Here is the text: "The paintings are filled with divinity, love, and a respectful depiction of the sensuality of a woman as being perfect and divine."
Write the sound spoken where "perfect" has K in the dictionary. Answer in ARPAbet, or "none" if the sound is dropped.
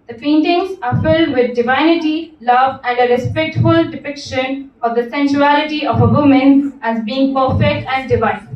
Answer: none